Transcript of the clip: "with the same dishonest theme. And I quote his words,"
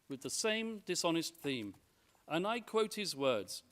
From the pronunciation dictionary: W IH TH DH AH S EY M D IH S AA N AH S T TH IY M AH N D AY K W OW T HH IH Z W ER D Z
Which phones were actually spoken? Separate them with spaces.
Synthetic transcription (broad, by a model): W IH DH AH S EY M D IH S AA N AH S T TH IY M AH N AY K W OW T HH IH Z W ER D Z